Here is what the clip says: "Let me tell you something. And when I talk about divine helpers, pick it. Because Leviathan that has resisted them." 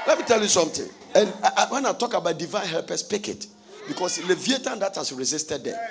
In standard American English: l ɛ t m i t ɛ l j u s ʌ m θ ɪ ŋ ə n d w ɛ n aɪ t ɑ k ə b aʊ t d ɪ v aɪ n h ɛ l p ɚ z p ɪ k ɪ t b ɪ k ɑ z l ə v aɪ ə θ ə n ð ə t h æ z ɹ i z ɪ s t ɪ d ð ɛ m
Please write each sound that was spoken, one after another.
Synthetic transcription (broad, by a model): l ɛ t m i t ɛ l j u s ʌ m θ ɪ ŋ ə n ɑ w ɛ n aɪ t ɑ k ə b aʊ t d ɪ v aɪ n h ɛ l p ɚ s p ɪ k ɪ t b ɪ k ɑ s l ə v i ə t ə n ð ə t h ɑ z ɹ i z ɪ s t ɪ d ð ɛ